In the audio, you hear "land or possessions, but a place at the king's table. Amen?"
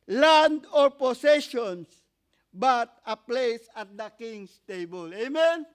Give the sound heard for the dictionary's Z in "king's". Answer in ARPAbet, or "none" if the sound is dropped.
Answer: S